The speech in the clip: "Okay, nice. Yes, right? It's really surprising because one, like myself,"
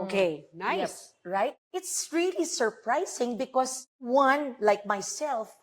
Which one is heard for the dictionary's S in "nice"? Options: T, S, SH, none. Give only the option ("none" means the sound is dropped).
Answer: none